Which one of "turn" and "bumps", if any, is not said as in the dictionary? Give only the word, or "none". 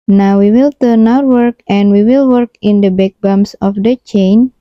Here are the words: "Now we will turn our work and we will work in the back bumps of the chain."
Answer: bumps